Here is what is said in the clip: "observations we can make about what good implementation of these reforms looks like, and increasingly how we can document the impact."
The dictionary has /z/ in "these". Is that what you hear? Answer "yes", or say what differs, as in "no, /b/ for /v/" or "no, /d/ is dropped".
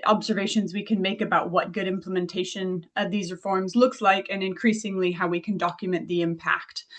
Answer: yes